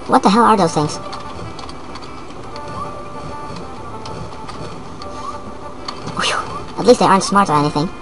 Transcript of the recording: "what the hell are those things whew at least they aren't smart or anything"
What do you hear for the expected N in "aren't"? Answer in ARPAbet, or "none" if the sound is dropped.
N